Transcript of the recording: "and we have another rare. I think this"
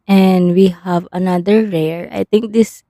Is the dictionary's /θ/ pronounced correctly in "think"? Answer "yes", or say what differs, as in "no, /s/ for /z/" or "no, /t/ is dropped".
no, /t/ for /θ/